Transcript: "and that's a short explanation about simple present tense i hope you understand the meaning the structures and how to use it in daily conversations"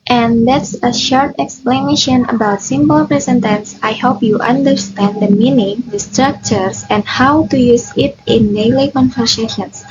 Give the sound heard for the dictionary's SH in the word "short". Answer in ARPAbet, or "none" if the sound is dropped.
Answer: SH